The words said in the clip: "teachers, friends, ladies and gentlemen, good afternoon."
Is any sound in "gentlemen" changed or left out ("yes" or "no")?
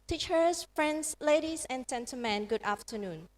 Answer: yes